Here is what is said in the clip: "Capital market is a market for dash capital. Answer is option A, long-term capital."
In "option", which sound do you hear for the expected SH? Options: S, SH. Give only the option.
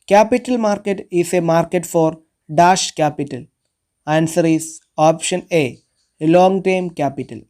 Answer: SH